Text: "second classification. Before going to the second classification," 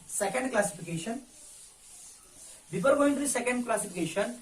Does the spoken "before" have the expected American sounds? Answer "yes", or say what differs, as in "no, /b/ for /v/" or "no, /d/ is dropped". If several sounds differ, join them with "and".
no, /p/ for /f/